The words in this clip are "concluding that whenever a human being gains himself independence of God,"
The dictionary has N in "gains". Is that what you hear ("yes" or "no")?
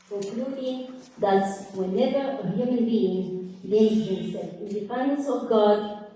no